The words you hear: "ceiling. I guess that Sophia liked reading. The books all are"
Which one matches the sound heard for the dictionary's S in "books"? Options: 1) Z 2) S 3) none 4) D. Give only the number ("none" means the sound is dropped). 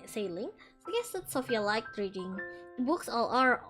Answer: 2